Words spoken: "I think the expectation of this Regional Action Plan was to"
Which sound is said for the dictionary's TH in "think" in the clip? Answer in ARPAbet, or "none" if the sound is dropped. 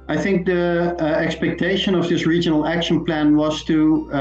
TH